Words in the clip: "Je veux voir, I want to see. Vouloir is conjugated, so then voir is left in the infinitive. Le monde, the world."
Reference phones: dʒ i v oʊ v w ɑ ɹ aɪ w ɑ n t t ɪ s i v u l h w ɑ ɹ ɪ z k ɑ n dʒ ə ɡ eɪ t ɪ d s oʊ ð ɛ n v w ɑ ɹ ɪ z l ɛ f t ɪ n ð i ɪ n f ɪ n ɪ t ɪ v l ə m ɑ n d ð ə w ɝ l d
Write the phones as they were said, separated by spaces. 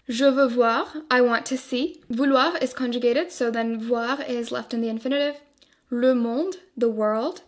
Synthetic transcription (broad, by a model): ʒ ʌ v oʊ v w ɑ ɹ aɪ w ɑ n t t ɪ s i v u l w ɑ ɹ ɪ z k ɑ n dʒ ə ɡ eɪ t ɪ d s oʊ ð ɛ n v w ɑ ɹ ɪ z l ɛ f t ɪ n ð i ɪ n f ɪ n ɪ t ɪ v l ə m ɑ n d ð ə w ɝ l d